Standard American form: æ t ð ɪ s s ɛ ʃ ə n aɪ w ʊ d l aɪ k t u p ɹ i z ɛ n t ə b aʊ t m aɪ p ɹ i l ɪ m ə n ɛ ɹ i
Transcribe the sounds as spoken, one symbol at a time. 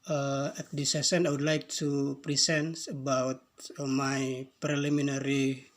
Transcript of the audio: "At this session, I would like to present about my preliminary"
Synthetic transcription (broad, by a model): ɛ t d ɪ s s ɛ s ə n aɪ w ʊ d l aɪ k t u p ɹ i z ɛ n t ə b aʊ t m aɪ p ɹ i l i m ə n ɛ ɹ i